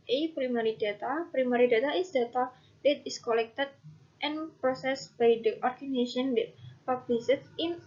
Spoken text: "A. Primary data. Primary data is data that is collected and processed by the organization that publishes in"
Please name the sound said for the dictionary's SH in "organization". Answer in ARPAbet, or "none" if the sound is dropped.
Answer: none